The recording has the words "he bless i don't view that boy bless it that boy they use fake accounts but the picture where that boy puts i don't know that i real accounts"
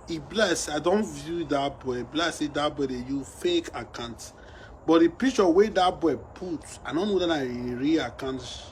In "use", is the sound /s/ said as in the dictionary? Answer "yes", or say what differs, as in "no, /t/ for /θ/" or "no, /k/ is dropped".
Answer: no, /s/ is dropped